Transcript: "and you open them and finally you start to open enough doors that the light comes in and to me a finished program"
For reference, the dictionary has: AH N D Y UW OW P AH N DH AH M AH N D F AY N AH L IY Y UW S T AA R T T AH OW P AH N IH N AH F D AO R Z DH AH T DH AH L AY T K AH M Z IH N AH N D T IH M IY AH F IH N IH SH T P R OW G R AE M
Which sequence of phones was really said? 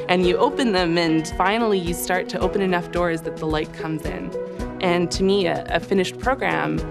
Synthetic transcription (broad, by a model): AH N Y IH OW P AH N DH AH M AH N F AY N L IY Y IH S T AA R T T AH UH P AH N IH N AH F D AO R Z DH AH T DH AH L AY T K AH M Z IH N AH N T IH M IY AH F IH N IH SH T P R OW G R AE M